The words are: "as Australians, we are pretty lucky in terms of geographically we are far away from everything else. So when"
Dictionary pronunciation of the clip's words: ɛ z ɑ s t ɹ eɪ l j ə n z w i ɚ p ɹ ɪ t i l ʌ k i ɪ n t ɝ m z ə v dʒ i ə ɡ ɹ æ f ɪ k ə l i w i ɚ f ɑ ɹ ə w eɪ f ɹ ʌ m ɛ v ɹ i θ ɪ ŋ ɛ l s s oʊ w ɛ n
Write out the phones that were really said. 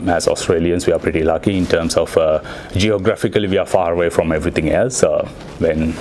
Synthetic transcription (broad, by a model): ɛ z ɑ s t ɹ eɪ l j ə n s w i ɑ p ɹ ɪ t i l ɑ k i ɪ n t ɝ m s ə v dʒ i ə ɡ ɹ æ f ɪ k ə l i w i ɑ f ɑ ɹ ə w eɪ f ɹ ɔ m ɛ v ɹ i t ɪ ŋ ɛ l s s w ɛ n